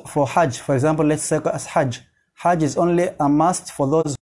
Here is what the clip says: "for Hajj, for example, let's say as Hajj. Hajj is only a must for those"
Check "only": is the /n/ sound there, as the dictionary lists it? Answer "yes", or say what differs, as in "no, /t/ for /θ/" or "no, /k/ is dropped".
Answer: yes